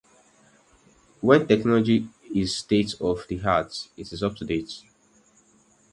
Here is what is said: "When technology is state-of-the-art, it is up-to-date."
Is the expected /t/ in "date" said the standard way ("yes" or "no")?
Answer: yes